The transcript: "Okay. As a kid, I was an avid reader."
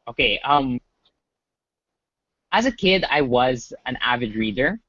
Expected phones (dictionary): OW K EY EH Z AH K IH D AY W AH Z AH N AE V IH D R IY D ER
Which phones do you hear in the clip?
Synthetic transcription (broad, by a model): OW K EY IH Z AH K IH D AY W AH Z AH N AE V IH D R IY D ER